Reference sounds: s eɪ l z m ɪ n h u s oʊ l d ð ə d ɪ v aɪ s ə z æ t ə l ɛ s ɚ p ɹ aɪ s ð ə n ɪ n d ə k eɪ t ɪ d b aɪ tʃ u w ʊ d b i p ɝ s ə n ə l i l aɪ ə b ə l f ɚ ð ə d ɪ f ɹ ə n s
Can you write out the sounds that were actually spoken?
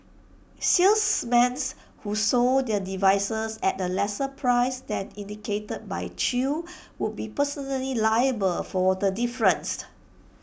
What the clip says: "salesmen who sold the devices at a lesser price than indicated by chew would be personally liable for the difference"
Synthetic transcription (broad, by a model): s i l s m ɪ n h u s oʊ d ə d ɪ v aɪ s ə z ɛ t ə l ɛ s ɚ p ɹ aɪ s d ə n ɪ n d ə k eɪ t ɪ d b aɪ tʃ u w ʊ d b i p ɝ s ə n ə l i l aɪ ə b ə l f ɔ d ə d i f ɹ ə n s